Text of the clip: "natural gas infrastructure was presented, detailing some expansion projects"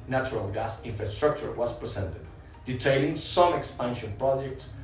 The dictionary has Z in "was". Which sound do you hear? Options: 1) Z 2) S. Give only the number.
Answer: 2